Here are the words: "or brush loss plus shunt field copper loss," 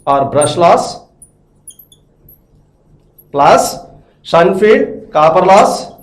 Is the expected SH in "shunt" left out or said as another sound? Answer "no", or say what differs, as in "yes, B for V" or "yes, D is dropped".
yes, S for SH